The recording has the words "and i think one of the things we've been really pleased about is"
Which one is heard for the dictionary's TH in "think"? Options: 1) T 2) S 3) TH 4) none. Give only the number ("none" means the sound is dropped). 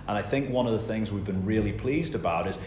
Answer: 3